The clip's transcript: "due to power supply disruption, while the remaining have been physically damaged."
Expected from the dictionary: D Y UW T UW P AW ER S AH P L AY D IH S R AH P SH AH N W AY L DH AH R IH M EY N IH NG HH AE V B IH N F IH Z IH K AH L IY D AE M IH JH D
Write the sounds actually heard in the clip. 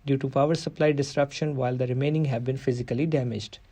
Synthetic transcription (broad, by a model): D Y UW T UW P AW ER S AH P L AY D IH S R AH P SH AH N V AY L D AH R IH M EY N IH NG HH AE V B IH N F IH Z IH K AH L IY D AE M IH JH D